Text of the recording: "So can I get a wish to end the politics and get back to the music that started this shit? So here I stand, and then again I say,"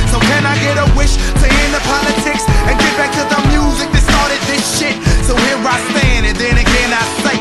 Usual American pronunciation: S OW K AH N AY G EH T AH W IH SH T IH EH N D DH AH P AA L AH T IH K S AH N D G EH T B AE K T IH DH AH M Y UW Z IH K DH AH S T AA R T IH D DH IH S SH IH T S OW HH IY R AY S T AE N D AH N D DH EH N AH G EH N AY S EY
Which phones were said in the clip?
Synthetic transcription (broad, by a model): S OW K AH N AY G EH T AH W IH SH T IH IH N DH AH P AA L AH T IH K S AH N G EH T B AE K T IH DH AH M Y UW Z IH K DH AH S T AA R T IH D DH IH S SH IH T S OW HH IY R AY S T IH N AH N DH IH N AH G EH N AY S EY